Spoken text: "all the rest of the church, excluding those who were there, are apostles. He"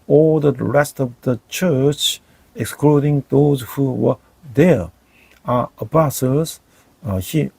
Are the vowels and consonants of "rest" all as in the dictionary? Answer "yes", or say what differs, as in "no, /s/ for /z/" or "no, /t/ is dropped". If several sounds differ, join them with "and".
yes